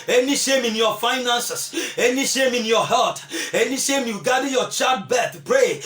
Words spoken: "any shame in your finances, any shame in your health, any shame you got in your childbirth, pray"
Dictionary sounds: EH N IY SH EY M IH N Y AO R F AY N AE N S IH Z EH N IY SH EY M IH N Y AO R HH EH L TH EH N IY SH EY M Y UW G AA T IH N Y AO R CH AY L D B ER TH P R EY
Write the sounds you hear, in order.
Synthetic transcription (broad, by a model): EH N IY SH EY M IH N Y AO F AY N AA N S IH S EH N IY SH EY M IH N Y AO HH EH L T EH N IY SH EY M Y UW G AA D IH Y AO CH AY D B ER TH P R EY